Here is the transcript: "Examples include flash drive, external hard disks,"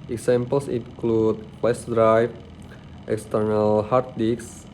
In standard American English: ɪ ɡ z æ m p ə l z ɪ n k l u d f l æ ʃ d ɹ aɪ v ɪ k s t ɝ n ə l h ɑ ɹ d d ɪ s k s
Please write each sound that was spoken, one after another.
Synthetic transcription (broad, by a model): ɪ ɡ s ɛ m p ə l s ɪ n k l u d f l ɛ s d ɹ aɪ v ɪ k s t ɝ n ə l h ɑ ɹ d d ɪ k s